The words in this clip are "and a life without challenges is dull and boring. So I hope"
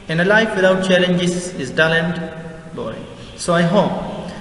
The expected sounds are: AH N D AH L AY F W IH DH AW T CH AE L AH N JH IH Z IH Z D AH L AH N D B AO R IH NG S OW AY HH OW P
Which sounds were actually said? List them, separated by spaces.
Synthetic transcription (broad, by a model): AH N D AH L AY F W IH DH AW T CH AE L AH N JH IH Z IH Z D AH L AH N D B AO IH S OW AY HH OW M